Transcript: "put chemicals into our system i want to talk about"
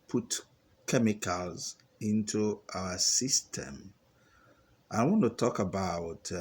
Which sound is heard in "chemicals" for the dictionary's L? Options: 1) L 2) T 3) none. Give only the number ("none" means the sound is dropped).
1